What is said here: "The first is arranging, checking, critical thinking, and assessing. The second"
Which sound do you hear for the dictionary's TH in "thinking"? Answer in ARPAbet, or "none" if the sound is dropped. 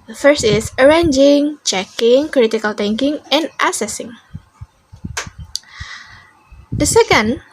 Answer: T